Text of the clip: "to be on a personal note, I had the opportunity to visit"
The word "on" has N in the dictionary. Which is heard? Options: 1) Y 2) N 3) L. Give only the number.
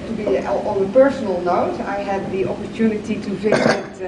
3